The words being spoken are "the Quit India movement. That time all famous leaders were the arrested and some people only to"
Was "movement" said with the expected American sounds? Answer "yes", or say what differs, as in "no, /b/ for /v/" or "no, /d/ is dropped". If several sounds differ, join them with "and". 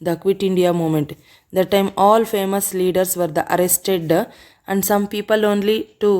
no, /v/ is dropped